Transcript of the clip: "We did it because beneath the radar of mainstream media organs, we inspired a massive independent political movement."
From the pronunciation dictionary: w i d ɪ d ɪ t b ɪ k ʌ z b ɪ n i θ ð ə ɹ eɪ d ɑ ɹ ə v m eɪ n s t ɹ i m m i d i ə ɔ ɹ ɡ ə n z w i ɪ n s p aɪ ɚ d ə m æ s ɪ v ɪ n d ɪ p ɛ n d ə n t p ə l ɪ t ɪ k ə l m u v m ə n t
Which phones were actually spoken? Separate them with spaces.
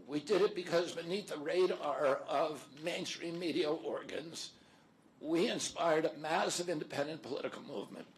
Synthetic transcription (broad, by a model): w i d ɪ d ɪ t b ɪ k ʌ z b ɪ n i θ ð ə ɹ eɪ d ɑ ɹ ə v m eɪ n s t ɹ i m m i d i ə ɔ ɹ ɡ ə n z w i ɪ n s p aɪ ɚ d ə m æ s ɪ v ɪ n d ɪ p ɛ n d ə n p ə l ɪ t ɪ k l m u v m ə n t